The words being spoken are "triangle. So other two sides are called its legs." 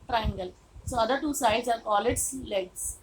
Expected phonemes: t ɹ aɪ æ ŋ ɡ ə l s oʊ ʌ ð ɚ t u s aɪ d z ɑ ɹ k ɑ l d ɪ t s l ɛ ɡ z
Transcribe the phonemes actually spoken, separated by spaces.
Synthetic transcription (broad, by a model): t ɹ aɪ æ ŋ ɡ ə l s oʊ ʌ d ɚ t u s aɪ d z ɑ ɹ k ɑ l ɪ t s l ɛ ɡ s